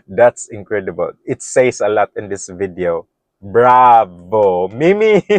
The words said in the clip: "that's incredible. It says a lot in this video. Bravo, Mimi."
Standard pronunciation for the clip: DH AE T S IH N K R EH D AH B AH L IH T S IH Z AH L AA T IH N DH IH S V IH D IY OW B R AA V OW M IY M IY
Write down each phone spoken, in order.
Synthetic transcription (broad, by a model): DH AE T S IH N K R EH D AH B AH L IH T S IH S AH L AA T IH N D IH S V IH D IY OW B R AA V OW M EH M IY